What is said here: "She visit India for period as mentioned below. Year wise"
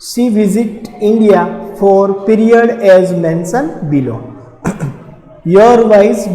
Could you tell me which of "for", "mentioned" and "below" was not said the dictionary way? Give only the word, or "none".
mentioned